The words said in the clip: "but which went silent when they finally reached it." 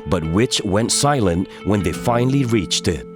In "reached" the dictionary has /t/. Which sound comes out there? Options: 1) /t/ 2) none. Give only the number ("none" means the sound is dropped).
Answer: 1